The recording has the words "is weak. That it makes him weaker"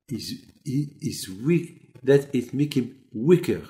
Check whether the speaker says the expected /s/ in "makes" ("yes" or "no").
no